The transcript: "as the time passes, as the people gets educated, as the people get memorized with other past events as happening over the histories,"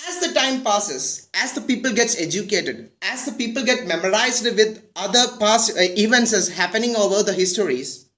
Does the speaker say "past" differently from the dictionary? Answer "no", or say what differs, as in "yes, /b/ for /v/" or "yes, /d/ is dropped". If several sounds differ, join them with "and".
yes, /t/ is dropped